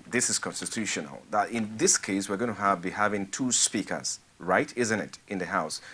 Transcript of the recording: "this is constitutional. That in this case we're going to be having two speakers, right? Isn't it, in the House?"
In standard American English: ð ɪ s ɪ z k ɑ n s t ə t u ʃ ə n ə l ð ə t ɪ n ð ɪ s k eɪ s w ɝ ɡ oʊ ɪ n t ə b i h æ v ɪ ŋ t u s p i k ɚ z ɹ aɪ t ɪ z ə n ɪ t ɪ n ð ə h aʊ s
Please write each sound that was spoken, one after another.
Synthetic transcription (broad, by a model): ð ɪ s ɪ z k ɑ n s t ə t u ʃ ə n ə l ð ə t ɪ n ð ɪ s k eɪ s w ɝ ɡ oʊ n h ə b i h æ v ɪ ŋ t u s p i k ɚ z ɹ aɪ t ɪ z ə n ɪ t ɪ n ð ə h aʊ s